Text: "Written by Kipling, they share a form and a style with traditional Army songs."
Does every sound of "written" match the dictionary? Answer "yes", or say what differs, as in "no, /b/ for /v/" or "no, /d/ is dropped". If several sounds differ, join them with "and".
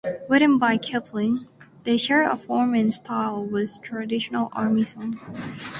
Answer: no, /w/ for /ɹ/